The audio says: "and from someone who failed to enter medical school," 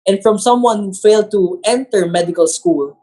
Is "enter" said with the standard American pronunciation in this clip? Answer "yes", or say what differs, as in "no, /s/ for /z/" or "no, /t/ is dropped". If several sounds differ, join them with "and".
yes